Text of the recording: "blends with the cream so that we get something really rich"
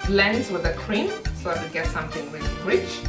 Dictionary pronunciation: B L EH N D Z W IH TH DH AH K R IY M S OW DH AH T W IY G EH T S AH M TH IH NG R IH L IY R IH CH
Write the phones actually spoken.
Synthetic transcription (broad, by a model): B L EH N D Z W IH DH AH K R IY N S OW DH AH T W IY G EH T S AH M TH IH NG W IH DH R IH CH